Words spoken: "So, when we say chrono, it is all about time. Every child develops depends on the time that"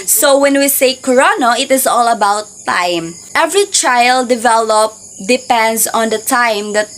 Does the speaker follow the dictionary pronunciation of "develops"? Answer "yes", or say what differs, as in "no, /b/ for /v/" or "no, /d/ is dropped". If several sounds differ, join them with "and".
no, /s/ is dropped